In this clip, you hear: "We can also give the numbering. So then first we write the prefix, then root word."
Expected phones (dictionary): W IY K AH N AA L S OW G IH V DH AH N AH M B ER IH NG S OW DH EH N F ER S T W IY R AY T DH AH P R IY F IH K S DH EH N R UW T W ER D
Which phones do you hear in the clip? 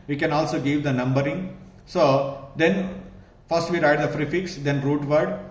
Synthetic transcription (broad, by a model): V IY K AH N AA L S OW G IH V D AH N AH M B ER IH NG S OW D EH N F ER S T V IY R AY T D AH F R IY F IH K S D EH N R UW T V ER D